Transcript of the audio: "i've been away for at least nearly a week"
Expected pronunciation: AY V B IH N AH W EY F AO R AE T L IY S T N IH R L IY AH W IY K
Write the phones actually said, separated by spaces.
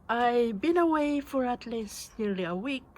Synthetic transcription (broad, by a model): AY B IH N AH W EY F AO R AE T L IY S N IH R L IY AH W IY K